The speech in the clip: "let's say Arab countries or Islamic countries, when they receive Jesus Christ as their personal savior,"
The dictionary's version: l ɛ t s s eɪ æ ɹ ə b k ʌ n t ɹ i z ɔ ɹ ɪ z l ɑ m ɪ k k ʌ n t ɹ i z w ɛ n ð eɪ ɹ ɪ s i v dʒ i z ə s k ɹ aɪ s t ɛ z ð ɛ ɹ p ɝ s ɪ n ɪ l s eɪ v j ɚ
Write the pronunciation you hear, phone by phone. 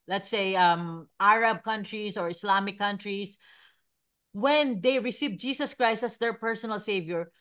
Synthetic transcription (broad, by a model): l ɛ t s s eɪ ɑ ɹ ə b k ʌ n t ɹ i s ɔ ɹ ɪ s l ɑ m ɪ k k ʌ n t ɹ i s w ɛ n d eɪ ɹ ɪ s i v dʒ i s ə s k ɹ aɪ s t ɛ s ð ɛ ɹ p ɝ s ɪ n ɪ l s eɪ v j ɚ